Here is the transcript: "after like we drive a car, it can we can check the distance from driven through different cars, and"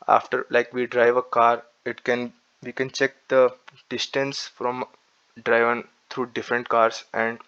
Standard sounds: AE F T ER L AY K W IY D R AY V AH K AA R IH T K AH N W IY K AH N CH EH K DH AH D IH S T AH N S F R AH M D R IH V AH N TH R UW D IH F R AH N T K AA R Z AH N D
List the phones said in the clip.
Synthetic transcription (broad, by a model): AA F T ER L AY K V IY D R AY V AH K AA R IH T K AH N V IY K AH N CH EH K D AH D IH S T AH N S F R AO M D R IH V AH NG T R UW D IH F R AH N T K AA R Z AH N D